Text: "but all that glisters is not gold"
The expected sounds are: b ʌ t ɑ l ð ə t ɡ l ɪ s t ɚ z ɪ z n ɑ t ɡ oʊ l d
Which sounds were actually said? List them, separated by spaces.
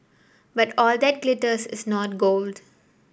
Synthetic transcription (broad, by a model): b ʌ t ɑ l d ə t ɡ l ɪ t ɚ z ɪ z n ɑ t ɡ oʊ l d